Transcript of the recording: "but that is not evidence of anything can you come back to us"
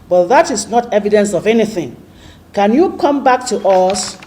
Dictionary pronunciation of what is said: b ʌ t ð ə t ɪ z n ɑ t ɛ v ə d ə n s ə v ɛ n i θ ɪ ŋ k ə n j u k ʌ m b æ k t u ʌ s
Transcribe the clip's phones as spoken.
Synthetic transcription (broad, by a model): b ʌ t ð ə t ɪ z n ɑ t ɛ v ə d ə n s ə v ɛ n i θ ɪ ŋ k ə n j u k ʌ m b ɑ k t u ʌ s